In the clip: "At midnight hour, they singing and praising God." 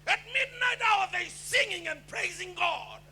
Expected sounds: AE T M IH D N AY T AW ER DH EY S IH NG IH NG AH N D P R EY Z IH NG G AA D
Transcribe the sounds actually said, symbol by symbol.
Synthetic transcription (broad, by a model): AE T M IH D N AY T AW ER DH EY S IH NG IH NG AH N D P R EY Z IH NG G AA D